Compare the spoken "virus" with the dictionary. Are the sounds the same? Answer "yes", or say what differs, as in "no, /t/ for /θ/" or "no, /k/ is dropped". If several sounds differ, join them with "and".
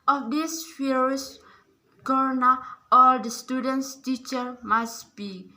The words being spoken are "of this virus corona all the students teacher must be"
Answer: no, /f/ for /v/